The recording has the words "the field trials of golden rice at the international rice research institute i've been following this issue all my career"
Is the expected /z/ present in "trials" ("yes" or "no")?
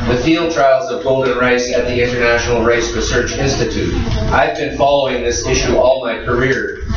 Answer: yes